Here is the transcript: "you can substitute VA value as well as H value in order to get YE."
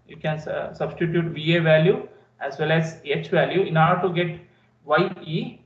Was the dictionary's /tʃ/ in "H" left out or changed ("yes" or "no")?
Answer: no